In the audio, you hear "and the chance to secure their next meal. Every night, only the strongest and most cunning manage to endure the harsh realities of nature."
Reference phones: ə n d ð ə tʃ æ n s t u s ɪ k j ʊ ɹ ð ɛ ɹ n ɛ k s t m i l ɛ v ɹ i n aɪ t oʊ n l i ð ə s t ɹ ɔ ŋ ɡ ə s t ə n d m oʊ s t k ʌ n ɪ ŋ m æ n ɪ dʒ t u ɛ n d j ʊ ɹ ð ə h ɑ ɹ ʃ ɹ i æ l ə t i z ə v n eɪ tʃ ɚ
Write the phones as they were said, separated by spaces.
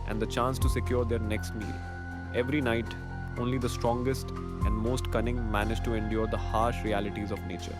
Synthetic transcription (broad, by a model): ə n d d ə tʃ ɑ n s t u s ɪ k j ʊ ɹ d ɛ ɹ n ɛ k s t m i l ɛ v ɹ i n aɪ t oʊ n l i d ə s t ɹ ɔ ŋ ɡ ə s t ə n d m oʊ s t k ʌ n ɪ ŋ m æ n ɪ dʒ t u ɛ n d j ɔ ɹ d ə h ɑ ɹ ʃ ɹ i æ l ə t i z ə v n eɪ tʃ ɚ